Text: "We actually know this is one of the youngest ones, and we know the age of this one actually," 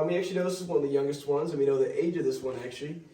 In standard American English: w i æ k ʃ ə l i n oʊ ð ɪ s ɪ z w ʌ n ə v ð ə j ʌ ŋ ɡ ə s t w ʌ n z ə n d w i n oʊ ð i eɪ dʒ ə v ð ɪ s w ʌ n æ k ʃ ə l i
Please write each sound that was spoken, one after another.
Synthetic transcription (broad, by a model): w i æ k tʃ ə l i n oʊ ð ɪ s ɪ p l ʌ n ð ə j ʌ ŋ ɡ ə s t w ʌ n z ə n w i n oʊ ð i eɪ dʒ ə v ð ɪ s w ʌ n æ k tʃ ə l i